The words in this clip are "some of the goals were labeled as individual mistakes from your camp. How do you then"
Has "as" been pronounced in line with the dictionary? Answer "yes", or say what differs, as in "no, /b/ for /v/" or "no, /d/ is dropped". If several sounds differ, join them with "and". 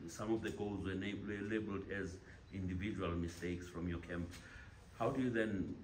yes